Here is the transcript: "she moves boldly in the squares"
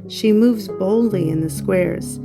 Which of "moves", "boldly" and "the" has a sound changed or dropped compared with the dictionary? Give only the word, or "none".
none